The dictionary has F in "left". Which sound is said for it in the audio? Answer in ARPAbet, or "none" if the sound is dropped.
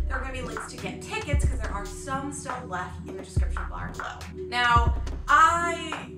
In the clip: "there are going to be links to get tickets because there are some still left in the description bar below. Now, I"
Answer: F